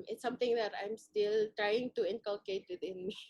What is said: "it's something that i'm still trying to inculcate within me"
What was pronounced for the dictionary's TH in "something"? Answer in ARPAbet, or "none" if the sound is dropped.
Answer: T